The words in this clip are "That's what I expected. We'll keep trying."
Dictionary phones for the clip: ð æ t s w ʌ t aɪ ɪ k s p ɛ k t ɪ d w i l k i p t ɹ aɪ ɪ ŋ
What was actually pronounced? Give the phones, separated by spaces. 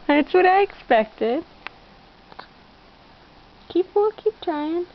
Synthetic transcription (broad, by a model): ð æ t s w ʌ t aɪ ɪ k s p ɛ k t ɪ d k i w k i p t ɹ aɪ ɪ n